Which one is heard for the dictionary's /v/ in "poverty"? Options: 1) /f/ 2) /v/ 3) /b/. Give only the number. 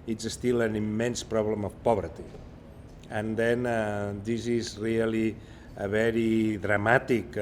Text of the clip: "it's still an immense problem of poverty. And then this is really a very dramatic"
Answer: 3